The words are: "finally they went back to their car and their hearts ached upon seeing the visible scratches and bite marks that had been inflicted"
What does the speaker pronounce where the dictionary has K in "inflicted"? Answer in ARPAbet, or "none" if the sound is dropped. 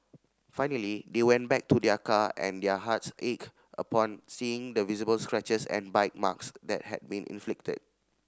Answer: K